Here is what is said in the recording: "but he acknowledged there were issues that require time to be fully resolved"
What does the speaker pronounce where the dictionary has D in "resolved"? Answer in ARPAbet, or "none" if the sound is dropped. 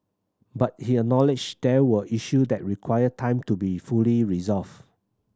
none